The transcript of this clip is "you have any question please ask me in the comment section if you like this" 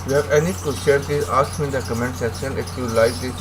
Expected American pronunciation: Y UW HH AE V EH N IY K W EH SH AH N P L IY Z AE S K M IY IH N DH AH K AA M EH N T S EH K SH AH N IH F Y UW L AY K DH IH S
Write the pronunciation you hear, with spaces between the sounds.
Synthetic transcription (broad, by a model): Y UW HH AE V EH N IY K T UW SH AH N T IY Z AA S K M IY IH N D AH K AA M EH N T S EH K SH AH N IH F Y UW L AY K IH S